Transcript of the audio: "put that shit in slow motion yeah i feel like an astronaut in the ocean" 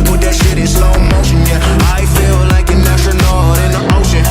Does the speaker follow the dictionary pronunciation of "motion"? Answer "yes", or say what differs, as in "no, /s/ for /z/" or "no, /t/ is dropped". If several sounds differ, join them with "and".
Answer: no, /ʃ/ is dropped